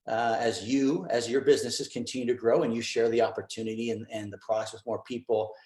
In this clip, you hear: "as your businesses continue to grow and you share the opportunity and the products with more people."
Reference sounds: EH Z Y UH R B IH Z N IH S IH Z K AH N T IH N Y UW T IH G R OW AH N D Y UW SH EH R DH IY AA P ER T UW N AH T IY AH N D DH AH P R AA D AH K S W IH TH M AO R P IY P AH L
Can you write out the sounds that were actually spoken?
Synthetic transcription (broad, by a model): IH Z Y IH R B IH Z N IH S IH Z K AH N T IH N Y UW T IH G R OW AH N Y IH SH EH R DH IY AA P ER T UW N AH T IY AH N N DH AH P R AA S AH S M AO R P IY P L